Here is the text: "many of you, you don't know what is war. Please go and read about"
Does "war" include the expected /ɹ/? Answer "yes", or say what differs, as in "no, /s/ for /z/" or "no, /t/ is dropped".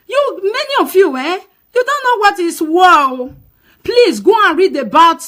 no, /l/ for /ɹ/